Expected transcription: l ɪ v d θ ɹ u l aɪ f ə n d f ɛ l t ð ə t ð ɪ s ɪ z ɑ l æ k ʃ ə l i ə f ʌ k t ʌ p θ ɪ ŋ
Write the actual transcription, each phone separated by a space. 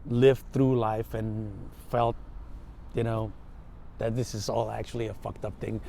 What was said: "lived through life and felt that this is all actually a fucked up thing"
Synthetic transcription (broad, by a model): l ɪ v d θ ɹ u l aɪ f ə n f ɛ l t ð ə t ð ɪ s ɪ z ɑ l æ k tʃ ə l i ə f ʌ k t ʌ p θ ɪ ŋ